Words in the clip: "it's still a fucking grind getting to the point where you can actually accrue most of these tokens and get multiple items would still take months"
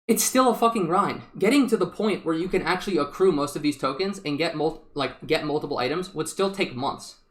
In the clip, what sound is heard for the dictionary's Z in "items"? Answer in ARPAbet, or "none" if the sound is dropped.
Z